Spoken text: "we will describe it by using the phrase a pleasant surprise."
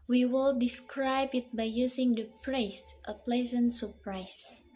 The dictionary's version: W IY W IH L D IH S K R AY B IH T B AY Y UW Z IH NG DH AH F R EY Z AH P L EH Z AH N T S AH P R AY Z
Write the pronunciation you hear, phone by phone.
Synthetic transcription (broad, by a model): W IY W IH L D IH S K R AY B IH T B AY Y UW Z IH NG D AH P R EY S AH P L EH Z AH N T S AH P R AY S